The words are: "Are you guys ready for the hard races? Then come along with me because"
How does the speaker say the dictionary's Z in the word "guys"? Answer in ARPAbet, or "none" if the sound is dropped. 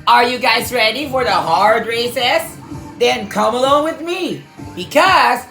Z